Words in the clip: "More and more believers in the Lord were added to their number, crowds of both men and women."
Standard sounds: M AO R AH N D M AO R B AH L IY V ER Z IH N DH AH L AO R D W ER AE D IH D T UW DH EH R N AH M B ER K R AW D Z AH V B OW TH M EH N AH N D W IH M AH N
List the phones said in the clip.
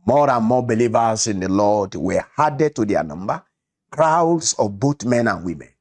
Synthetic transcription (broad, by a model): M AO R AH N M AO B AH L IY V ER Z IH N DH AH L AO D W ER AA D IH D T UW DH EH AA N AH M B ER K R AW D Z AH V B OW T M EH N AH N W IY M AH N